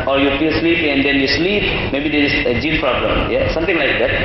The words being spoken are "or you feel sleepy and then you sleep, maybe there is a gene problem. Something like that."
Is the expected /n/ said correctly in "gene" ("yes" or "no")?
no